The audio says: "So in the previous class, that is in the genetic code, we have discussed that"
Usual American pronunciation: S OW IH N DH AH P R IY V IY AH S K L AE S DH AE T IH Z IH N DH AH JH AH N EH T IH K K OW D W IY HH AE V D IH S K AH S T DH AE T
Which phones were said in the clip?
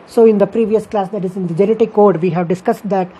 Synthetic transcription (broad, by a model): S OW IH N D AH P R IY V IY AH S K L AE S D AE T IH Z IH N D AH JH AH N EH T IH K K OW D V IY HH AE V D IH S K AH S T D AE T